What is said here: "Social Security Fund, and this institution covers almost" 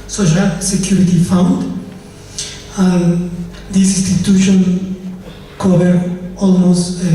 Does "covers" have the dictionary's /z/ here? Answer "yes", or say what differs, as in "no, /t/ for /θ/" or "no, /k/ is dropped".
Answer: no, /z/ is dropped